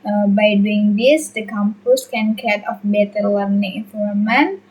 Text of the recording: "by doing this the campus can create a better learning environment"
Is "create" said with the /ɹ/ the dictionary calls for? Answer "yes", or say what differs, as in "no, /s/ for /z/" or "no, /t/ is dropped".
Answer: no, /ɹ/ is dropped